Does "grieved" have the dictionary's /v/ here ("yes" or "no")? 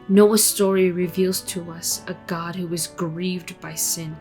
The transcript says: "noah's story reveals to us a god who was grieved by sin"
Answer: yes